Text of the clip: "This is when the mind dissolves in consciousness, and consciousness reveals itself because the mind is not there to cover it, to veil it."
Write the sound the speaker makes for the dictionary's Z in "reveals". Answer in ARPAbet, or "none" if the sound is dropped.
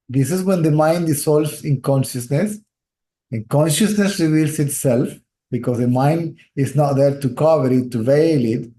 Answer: S